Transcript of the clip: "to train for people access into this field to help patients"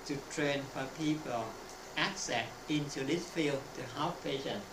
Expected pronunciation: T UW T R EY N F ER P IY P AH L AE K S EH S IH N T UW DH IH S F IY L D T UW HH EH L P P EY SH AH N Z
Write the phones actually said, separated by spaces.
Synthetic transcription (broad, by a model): T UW T R EY N F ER P IY P AH L AE K S EH S IH N T UW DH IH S F IY L D T UW HH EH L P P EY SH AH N